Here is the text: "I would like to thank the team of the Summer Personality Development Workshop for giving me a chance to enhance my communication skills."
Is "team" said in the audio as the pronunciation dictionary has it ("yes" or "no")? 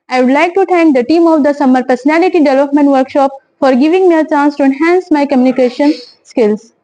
yes